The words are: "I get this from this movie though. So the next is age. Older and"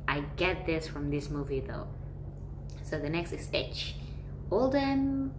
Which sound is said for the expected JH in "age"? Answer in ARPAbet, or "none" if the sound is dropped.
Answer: CH